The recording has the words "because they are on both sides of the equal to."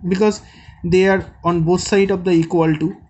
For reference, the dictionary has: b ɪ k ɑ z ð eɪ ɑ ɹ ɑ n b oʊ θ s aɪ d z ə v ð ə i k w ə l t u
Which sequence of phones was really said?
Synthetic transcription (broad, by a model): b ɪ k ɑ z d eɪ ɑ ɹ ɑ n b oʊ t s aɪ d ə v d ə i k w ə l t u